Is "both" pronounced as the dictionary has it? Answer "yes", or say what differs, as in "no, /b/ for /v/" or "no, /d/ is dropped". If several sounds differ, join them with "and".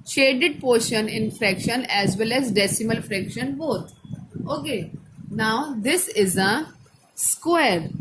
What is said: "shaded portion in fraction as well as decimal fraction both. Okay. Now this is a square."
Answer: no, /t/ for /θ/